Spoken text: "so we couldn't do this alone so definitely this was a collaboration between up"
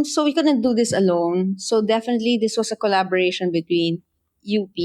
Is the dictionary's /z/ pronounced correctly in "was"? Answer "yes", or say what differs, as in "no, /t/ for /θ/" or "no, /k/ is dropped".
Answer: no, /s/ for /z/